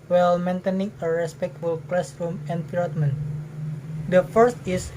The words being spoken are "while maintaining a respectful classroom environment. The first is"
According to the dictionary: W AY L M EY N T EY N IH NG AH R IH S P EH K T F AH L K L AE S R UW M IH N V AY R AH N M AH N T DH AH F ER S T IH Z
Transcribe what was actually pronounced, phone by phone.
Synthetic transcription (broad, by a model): W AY L M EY N T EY N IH NG AH R IH S P EH K T F AH L K L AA S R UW M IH N P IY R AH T M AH N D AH F ER S T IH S